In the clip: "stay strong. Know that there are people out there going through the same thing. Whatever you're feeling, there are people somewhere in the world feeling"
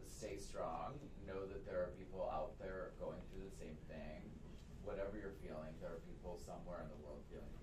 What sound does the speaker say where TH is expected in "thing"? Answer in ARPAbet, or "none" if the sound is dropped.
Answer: TH